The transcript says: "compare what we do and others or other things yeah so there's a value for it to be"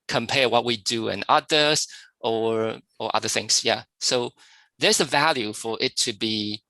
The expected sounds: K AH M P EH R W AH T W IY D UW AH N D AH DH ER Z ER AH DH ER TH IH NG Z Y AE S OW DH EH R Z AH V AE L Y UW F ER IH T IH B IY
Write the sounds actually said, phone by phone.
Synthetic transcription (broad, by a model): K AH M P EH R W AH T W IY D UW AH N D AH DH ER ER AH DH ER TH IH NG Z Y AE S OW DH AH R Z AH V AE L Y UW F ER IH T IH B IY